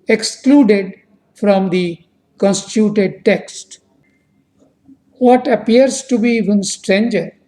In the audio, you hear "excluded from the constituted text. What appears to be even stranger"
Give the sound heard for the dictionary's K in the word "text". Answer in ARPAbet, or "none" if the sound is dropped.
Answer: K